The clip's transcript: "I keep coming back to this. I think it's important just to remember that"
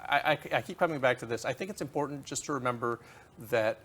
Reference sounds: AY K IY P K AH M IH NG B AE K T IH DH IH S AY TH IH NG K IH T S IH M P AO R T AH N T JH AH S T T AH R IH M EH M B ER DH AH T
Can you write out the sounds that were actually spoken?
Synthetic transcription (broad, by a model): AY K IY P K AH M IH NG B AE K T IH DH IH S AY TH IH NG K IH T S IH M P AO R T N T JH AH S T T AH R IH M EH M B ER DH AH T